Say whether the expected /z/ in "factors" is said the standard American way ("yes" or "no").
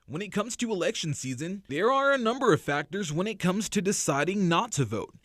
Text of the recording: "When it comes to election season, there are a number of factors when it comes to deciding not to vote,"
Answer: yes